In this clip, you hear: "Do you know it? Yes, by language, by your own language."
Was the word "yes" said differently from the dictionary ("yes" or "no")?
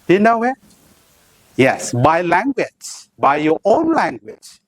no